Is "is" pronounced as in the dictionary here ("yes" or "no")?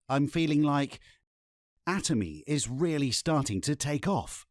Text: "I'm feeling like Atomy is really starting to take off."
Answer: yes